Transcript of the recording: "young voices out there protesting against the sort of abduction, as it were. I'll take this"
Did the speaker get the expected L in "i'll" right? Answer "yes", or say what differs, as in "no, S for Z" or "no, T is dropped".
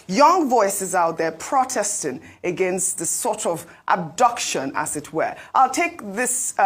yes